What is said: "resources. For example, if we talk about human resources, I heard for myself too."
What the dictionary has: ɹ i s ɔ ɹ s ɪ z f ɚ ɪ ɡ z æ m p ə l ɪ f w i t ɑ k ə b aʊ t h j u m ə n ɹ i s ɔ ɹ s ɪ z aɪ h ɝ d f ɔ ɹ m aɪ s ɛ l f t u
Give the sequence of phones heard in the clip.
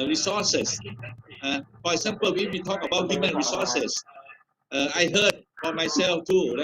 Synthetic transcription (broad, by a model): ɹ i s ɔ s s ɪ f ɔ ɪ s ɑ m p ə w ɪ w i t ɑ k ə b aʊ t h j u m ə n ɹ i s ɔ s s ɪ aɪ h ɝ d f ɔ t m aɪ s ɛ l f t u